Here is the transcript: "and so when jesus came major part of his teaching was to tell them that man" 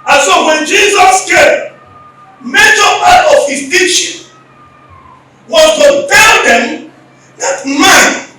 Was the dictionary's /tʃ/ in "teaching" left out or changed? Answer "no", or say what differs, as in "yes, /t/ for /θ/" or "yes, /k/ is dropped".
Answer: yes, /ʃ/ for /tʃ/